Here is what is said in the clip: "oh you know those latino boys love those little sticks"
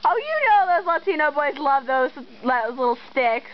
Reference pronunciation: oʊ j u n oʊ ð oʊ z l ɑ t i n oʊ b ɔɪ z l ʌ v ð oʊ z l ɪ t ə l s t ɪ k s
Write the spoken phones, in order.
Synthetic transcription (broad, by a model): oʊ j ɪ n oʊ ð oʊ z l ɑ t i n oʊ b ɔɪ z l ʌ v ð oʊ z l ɪ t l s t ɪ k s